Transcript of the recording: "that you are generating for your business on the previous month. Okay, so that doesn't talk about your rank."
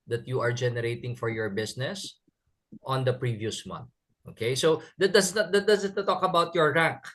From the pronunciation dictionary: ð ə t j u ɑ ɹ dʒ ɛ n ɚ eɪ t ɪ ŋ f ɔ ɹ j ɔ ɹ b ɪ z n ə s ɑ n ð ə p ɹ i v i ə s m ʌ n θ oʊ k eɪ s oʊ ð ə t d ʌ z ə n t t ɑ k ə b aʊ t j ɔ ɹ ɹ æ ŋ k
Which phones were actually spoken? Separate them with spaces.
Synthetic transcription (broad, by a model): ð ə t j u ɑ ɹ dʒ ɛ n ɚ eɪ t ɪ ŋ f ɔ ɹ j ɔ ɹ b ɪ s n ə s ɑ n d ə p ɹ i v i ə s m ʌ n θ oʊ k eɪ s oʊ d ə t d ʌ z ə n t t ɑ k ə b aʊ t j ɔ ɹ ɹ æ ŋ k